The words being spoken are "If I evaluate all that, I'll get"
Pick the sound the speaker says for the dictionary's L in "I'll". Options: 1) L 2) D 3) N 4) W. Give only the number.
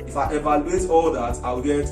4